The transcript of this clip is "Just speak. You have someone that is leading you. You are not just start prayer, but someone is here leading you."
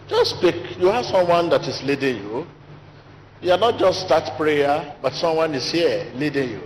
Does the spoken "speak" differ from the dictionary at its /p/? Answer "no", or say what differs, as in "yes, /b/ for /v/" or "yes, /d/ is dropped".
no